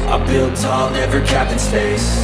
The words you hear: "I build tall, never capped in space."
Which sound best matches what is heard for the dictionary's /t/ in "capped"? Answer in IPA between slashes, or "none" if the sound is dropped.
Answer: none